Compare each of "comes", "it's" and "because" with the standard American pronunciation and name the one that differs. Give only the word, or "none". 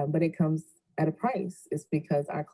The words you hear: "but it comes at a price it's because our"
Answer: none